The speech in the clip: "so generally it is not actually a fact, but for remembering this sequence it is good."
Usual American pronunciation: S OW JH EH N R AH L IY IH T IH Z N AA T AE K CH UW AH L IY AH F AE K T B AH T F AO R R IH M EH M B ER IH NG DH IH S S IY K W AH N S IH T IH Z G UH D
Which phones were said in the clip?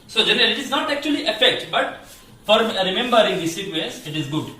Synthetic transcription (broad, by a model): S OW JH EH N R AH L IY IH T IH Z N AA T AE K CH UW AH L IY AH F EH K T B AH T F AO R R IH M EH M B ER IH NG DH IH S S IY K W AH S IH T IH Z G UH D